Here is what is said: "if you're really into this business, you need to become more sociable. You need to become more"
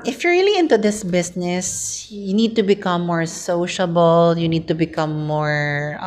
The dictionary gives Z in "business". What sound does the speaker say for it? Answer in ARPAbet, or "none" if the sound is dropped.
S